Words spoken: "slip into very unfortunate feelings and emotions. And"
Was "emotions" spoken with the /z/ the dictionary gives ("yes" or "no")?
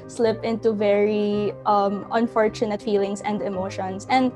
no